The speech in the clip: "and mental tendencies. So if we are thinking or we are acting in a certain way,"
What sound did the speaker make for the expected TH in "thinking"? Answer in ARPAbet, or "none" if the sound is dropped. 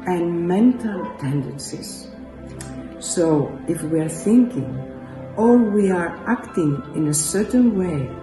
TH